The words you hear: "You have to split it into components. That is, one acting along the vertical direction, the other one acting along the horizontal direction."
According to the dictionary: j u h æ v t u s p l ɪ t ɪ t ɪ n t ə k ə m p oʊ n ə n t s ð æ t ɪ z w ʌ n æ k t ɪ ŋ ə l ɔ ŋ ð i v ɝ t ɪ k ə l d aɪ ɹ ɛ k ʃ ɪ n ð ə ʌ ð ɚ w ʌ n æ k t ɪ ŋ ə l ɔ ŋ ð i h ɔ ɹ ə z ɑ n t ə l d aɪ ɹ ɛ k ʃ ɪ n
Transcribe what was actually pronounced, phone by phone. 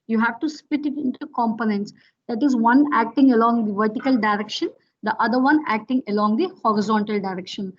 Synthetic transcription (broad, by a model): j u h æ v t u s p ɪ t ɪ t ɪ n t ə k ə m p oʊ n ə n t s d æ t ɪ z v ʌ n æ k t ɪ ŋ ə l ɔ ŋ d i v ɝ t ɪ k ə l d aɪ ɹ ɛ k ʃ ɪ n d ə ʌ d ɚ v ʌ n æ k t ɪ ŋ ə l ɔ ŋ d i h ɔ ɹ ə z ɑ n t ə l d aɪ ɹ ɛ k ʃ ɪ n